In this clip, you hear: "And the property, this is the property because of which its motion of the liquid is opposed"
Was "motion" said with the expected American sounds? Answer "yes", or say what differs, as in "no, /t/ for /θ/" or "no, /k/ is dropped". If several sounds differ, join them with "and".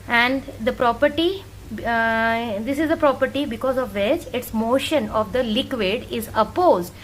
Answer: yes